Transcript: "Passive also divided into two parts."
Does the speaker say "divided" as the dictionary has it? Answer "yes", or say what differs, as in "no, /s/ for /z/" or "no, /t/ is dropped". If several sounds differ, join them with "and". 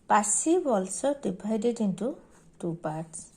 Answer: no, /b/ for /v/